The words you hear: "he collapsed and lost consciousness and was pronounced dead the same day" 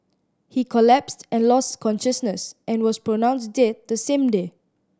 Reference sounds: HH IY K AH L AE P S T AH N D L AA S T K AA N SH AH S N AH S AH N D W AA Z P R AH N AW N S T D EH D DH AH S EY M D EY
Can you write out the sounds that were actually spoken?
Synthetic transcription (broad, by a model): HH IY K AH L AE P S T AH N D L AA S T K AA N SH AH S N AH S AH N W AA S P R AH N AW N S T D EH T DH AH S EY M D EY